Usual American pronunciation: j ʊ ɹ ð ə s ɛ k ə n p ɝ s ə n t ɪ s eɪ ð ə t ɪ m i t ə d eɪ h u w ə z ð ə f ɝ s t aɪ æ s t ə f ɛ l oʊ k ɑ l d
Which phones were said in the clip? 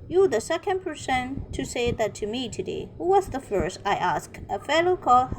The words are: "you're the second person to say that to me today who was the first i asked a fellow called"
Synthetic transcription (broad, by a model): j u ð ə s ɛ k ə n p ɝ s ə n t ɪ s eɪ ð ə t ɪ m i t ə d eɪ h u w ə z ð ə f ɝ s t aɪ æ s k ə f ɛ l oʊ k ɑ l